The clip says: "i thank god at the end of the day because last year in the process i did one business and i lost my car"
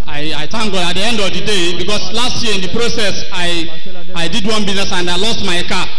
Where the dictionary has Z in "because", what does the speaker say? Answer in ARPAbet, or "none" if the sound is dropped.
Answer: S